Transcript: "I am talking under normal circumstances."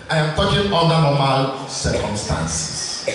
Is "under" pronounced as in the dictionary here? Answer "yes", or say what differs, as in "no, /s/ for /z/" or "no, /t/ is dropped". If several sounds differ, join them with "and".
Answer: no, /l/ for /n/